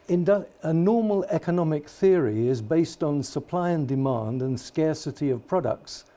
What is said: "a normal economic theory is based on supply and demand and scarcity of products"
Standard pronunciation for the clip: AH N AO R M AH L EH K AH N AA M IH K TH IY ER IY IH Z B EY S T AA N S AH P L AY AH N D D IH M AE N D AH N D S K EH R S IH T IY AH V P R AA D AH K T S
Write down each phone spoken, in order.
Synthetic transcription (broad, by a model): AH N AO R M AH L EH K AH N AA M IH K TH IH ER IY IH Z B EY S T N S AH P L AY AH N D D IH M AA N D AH N S K EH R S IH T IY AH V P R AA D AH K T S